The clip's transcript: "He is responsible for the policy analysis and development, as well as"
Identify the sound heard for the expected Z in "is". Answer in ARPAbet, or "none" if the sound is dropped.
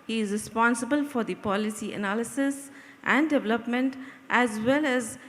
Z